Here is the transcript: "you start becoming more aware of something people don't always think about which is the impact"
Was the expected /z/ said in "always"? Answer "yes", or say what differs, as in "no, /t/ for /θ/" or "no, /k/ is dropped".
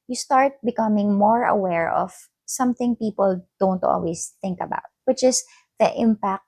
no, /s/ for /z/